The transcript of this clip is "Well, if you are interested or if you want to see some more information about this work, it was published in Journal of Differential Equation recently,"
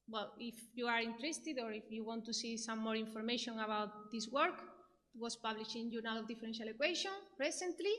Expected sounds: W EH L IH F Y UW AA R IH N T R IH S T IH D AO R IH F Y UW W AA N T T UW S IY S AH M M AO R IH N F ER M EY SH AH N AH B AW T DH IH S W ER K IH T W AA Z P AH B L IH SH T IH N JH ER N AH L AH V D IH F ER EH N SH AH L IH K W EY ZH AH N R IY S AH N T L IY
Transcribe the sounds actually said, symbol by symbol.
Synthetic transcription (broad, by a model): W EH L IH F Y UW AA R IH N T R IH S T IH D AO R IH F Y UW W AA N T T UW S IY S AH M M AO R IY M F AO M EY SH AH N AH B AW T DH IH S W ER K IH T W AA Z P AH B L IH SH IH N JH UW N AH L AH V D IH F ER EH N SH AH L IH K W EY SH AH N R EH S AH N T L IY